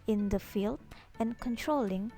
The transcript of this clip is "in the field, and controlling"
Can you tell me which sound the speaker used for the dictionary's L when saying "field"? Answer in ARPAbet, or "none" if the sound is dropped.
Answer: L